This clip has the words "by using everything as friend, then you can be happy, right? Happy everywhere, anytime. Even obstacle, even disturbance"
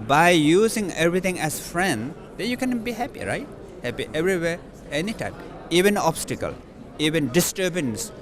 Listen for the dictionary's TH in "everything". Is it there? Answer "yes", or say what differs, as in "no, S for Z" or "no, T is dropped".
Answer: no, T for TH